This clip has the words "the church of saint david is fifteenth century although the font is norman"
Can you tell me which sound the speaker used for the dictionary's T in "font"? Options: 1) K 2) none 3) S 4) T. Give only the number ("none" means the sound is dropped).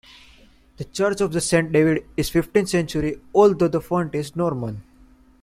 4